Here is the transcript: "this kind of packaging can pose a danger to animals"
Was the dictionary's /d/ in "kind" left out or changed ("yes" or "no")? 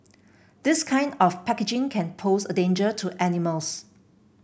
no